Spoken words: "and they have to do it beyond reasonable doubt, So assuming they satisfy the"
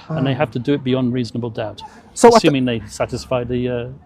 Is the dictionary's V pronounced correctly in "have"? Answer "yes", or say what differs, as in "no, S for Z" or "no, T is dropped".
no, F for V